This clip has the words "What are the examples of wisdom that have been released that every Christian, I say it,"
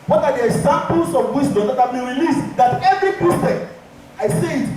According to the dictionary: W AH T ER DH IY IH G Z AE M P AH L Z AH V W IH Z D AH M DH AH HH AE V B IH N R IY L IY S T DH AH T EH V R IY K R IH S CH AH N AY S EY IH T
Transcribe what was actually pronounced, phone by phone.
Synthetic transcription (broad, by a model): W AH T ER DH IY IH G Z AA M P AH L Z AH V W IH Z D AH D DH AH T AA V B IH N R IY L IY S T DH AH T EH V R IY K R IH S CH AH AY S EY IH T